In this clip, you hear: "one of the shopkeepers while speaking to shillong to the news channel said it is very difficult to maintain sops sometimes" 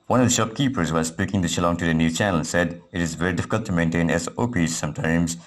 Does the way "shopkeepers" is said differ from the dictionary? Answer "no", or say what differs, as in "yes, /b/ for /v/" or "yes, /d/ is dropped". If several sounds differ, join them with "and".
no